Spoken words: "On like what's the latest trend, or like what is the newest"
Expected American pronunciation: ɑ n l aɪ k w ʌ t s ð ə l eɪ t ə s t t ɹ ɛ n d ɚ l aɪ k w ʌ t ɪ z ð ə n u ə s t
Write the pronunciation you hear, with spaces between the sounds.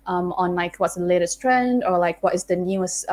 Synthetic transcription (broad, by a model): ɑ n l aɪ k w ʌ t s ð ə l eɪ t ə s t t ɹ ɛ n d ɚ l aɪ k w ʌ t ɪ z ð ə n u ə s